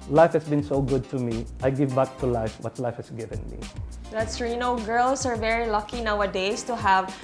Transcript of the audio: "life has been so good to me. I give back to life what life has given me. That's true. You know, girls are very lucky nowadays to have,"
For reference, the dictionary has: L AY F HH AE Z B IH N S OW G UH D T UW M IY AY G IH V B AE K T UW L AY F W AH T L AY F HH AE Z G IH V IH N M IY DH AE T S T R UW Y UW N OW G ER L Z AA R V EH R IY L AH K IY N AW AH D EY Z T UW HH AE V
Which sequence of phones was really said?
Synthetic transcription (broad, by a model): L AY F HH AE S B IH N S OW G UH D T UW M IY AY G IH V B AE K T UW L AY F W AH T L AY F HH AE S G IH V IH N M IY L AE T S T R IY N OW G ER L S AA R V EH R IY L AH K IY N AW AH D EY S T UW HH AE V